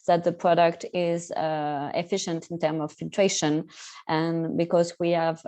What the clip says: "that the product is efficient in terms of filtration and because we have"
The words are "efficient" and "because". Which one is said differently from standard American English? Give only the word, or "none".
none